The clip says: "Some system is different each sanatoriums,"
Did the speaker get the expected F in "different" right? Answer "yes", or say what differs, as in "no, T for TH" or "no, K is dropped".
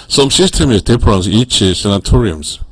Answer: no, P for F